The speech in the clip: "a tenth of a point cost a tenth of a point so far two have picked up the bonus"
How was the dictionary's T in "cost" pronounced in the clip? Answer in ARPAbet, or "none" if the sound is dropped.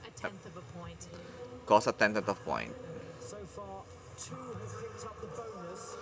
none